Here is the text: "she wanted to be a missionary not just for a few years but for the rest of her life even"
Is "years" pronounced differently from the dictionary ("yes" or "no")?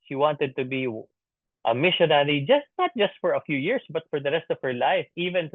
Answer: yes